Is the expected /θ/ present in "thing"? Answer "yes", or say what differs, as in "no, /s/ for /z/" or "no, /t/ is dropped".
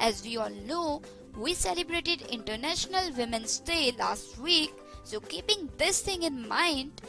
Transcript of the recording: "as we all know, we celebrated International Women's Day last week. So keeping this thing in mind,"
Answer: no, /t/ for /θ/